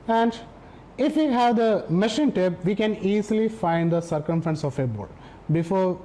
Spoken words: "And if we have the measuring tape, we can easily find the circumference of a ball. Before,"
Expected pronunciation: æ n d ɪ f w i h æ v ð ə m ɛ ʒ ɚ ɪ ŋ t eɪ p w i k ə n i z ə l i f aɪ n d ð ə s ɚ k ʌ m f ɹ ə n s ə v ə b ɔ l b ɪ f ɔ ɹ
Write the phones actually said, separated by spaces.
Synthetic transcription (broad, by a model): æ n d ɪ f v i h æ v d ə m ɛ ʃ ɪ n t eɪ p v i k ə n i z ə l i f aɪ n d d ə s ɚ k ʌ m f ɹ ə n s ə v ə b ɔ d b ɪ f ɔ ɹ